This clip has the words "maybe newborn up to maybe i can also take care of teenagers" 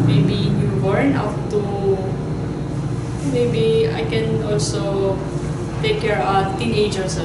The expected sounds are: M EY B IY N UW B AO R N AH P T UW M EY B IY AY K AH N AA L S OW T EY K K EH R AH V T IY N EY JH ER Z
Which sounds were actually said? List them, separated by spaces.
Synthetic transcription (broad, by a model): M EY B IY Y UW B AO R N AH F T UW M EY B IY AY K AH N AA L S OW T EY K K EH R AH T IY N EY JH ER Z